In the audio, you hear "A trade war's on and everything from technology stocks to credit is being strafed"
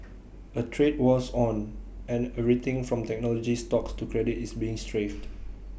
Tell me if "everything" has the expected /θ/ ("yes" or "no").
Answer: no